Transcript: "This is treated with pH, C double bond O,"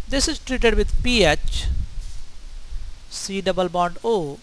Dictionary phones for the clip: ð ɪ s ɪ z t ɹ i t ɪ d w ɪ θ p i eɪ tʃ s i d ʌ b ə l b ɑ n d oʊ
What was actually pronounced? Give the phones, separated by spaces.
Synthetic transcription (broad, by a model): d ɪ s ɪ z t ɹ i t ɪ d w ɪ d p i eɪ tʃ s i d ʌ b ə l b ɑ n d oʊ